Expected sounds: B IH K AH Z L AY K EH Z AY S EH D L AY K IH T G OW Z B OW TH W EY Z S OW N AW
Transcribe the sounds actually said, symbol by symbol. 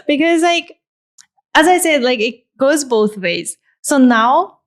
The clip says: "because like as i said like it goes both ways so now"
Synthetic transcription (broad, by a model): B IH K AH Z L AY K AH Z AY S EH D L AY K IH T G OW Z B OW TH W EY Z S OW N AW